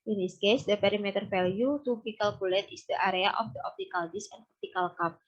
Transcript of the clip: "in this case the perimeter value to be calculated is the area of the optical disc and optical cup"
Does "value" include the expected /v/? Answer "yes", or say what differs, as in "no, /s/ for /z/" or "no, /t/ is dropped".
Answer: no, /f/ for /v/